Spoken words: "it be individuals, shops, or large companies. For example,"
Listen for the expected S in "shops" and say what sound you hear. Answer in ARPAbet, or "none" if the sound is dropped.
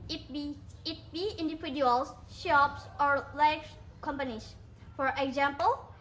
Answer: S